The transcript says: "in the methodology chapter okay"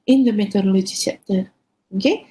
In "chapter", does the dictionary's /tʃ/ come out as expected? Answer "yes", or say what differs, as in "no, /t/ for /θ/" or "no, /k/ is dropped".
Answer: no, /s/ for /tʃ/